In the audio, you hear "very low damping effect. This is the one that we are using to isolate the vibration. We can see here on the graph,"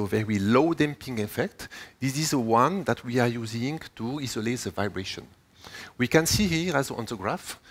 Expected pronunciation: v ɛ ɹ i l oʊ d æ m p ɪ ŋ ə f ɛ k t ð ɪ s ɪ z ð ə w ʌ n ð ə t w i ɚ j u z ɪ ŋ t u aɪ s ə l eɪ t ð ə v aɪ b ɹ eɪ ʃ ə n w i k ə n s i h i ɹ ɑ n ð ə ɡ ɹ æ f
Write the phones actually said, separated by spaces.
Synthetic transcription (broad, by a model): v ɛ ɹ i l oʊ d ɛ m p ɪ ŋ ə f ɛ k t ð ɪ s ɪ z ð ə w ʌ n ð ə t w i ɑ j u z ɪ ŋ t u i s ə l eɪ t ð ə v aɪ b ɹ eɪ ʃ ə n w i k ə n s i h i ɹ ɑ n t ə ɡ ɹ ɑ f